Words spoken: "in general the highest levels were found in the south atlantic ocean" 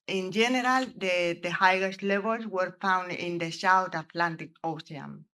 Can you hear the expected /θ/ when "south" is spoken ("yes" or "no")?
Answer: no